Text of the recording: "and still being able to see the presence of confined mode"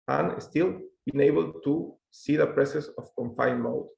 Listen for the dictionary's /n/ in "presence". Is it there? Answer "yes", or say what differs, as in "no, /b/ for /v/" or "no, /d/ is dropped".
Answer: no, /n/ is dropped